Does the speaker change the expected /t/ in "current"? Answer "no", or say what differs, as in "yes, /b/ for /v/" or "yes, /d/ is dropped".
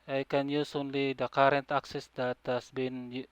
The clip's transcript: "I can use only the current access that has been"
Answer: no